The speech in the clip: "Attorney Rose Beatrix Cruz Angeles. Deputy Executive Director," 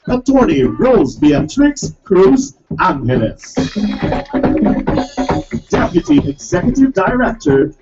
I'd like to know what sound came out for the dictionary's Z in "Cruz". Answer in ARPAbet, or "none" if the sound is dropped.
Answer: Z